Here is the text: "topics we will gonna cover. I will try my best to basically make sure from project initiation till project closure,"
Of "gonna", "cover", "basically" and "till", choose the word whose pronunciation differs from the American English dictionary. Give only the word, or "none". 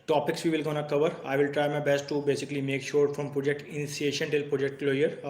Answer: none